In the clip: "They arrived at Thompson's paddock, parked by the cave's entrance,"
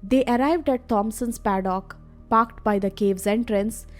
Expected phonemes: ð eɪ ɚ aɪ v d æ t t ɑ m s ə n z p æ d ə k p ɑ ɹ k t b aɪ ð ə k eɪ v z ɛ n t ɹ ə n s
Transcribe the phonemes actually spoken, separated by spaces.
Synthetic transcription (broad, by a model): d eɪ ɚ aɪ v d æ t t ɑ m s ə n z p æ d ə k p ɑ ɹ k t b aɪ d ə k eɪ v z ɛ n t ɹ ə n s